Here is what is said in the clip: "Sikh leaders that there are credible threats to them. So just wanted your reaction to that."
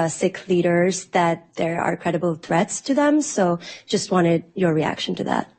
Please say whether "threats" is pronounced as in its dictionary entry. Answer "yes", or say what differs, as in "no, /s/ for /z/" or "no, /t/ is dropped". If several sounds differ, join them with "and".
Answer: yes